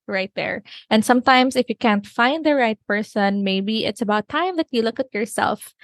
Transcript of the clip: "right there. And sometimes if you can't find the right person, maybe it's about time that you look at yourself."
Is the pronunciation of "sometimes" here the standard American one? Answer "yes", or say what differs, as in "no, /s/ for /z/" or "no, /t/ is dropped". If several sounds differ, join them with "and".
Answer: no, /s/ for /z/